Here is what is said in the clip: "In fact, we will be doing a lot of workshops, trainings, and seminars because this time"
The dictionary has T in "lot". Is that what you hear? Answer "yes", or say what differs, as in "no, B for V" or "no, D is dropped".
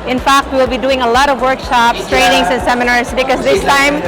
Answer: yes